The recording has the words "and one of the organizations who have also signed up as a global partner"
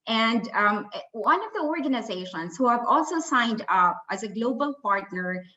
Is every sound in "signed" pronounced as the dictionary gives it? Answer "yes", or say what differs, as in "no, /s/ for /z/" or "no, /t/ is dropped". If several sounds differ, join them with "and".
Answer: yes